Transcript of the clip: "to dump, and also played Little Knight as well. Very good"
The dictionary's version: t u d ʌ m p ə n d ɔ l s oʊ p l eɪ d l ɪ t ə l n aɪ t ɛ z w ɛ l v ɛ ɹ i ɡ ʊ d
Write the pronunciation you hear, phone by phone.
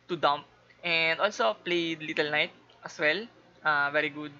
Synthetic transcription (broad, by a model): t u d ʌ m p ə n d ɔ l s oʊ p l eɪ d l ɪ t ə l n aɪ t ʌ s w ɛ l v ɛ ɹ i ɡ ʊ d